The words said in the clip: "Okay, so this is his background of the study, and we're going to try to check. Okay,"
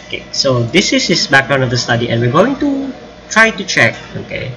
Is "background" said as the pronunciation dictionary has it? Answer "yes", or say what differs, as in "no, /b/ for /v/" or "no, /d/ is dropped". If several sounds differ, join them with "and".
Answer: no, /d/ is dropped